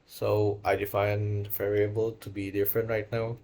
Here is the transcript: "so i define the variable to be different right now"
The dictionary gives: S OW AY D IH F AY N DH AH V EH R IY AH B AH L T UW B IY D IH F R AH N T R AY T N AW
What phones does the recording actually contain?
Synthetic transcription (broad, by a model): S OW AY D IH F AY N V EH R IY AH B AH L T UW B IY D IH F R AH N T R AY T N AW